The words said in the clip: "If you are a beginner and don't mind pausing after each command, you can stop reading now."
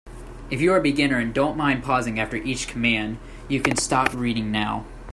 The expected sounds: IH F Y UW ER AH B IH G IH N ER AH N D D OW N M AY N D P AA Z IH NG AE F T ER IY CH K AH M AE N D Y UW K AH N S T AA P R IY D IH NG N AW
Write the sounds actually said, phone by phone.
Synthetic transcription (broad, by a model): IH F Y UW ER AH B IH G IH N ER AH N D D OW N M AY N D P AA Z IH NG AE F T ER IY CH K AH M AE N D Y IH K AH N S T AA P R IY D IH NG N AW